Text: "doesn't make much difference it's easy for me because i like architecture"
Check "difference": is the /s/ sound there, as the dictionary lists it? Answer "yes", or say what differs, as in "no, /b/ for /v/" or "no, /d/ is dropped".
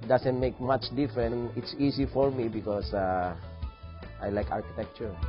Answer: no, /s/ is dropped